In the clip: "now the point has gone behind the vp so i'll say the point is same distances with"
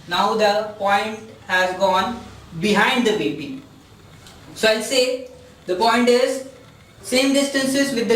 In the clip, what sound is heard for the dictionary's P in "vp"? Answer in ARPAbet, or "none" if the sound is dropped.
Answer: B